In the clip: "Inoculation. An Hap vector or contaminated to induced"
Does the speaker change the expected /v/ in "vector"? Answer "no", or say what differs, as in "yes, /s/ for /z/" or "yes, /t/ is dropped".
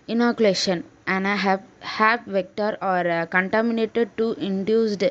no